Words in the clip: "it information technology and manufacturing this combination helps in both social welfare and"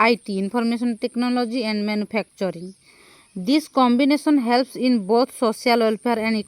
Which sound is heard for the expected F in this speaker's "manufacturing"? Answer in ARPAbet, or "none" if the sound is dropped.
P